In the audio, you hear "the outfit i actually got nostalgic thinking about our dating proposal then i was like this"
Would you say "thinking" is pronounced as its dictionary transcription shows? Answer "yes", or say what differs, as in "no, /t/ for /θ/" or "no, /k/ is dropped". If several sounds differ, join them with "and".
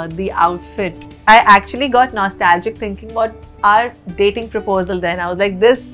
no, /t/ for /θ/